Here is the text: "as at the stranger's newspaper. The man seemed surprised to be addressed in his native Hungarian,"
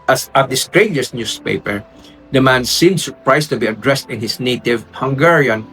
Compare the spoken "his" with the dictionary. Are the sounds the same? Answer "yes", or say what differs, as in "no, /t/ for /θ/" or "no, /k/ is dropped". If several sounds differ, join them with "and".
no, /s/ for /z/